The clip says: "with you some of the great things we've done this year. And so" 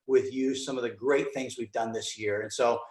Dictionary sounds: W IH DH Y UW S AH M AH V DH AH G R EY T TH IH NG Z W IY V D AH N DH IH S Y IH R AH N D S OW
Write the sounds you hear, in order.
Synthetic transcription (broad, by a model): W IH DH Y UW S AH M AH V DH AH G R EY T TH IH NG Z W IY V D AH N DH IH S Y IH R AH N S OW